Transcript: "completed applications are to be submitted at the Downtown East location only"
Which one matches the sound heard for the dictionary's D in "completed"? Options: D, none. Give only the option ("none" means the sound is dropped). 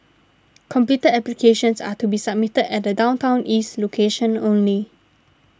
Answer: none